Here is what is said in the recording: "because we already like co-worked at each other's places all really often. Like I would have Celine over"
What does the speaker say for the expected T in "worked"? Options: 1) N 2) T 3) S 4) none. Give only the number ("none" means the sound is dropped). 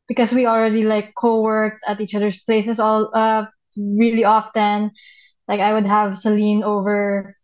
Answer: 2